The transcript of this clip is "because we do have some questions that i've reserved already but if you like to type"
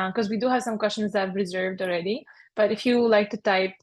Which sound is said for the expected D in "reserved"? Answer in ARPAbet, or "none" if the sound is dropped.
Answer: D